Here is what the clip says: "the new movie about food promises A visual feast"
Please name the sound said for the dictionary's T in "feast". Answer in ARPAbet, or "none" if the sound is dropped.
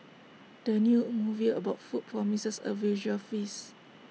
none